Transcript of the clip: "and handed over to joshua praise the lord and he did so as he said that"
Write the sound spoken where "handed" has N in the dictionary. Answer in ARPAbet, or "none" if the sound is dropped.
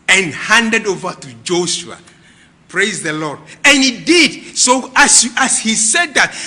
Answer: N